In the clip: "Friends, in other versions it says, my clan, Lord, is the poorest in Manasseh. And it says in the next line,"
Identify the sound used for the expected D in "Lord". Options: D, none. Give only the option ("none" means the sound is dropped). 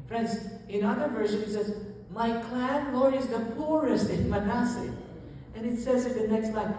none